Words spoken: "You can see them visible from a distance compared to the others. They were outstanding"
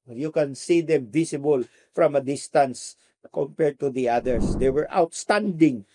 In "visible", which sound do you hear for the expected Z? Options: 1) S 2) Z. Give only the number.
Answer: 1